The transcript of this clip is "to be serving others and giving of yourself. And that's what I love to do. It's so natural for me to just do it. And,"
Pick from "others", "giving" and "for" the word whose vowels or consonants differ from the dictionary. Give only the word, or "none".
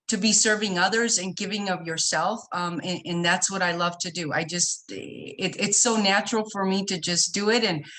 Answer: none